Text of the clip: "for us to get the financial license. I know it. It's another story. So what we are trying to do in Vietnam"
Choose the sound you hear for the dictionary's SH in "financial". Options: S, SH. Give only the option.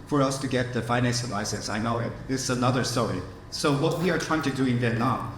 S